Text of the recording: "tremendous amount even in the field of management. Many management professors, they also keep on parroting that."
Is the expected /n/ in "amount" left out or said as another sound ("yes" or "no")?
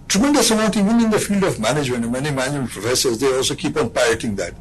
yes